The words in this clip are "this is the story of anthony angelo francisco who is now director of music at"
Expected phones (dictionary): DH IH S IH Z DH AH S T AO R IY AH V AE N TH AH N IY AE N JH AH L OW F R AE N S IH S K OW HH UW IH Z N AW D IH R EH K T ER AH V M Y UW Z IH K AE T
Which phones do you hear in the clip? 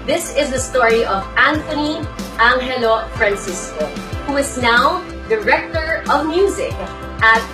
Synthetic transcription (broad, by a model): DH IH S IH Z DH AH S T AO R IY AH V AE N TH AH N IY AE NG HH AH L OW F R AE N S IH S K OW HH UW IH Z N AW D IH R EH K T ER AH V M Y UW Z IH K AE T